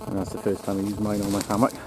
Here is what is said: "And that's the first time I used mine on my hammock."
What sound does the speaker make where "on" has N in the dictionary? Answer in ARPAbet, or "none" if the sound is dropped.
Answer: L